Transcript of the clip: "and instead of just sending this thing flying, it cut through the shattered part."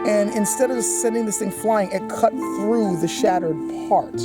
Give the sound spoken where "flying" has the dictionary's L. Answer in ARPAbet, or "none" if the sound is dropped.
L